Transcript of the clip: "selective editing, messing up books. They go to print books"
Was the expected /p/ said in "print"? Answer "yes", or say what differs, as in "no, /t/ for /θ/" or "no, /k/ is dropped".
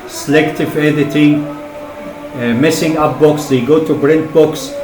no, /b/ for /p/